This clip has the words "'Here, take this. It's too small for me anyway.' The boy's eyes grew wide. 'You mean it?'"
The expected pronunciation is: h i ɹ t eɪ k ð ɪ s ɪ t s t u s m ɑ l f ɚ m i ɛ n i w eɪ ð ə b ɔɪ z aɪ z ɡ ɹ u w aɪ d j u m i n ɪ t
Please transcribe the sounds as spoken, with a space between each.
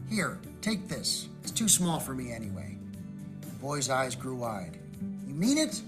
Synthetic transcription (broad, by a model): h i ɹ t eɪ k ð ɪ s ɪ t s t u s m ɑ l f ɚ m i ɛ n i w eɪ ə b ɔɪ z aɪ z ɡ ɹ u w aɪ d j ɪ m i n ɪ t